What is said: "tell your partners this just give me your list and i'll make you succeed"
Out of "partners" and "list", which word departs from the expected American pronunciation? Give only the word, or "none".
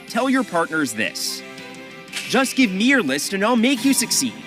none